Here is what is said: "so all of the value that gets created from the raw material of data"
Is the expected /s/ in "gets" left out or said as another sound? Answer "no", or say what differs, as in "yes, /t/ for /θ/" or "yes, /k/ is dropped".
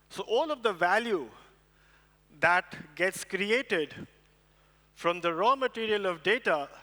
no